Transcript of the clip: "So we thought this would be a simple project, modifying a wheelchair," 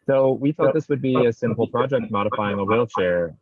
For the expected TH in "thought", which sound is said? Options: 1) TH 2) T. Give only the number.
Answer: 1